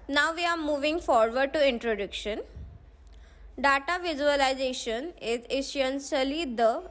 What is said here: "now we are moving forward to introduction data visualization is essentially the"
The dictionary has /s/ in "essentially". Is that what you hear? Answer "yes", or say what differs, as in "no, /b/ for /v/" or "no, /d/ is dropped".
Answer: no, /ʃ/ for /s/